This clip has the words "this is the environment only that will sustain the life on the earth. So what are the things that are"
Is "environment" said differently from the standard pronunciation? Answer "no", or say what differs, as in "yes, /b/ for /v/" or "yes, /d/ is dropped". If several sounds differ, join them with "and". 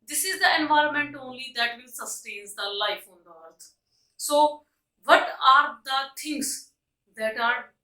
no